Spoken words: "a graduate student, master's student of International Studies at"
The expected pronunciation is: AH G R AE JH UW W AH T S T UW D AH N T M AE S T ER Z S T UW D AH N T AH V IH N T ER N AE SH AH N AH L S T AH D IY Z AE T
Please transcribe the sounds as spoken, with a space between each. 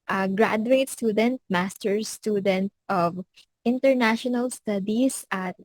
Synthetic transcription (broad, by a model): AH G R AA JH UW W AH T S T UW D AH N T M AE S T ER S T UW D AH N T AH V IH N T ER N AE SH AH N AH L S T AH D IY S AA T